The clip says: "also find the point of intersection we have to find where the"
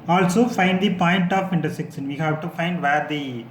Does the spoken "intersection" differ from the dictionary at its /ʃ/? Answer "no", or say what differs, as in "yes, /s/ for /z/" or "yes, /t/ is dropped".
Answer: yes, /s/ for /ʃ/